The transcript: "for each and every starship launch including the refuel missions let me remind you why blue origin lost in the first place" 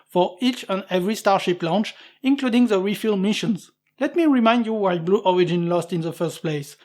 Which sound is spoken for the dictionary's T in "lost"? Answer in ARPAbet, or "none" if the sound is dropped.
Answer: T